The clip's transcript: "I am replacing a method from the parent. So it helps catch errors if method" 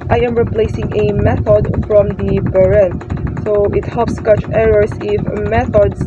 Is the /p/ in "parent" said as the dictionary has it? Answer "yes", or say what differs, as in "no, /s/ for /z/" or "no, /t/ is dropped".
no, /b/ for /p/